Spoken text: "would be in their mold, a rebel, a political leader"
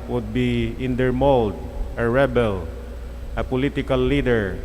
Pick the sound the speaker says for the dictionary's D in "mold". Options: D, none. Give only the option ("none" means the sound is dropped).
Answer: D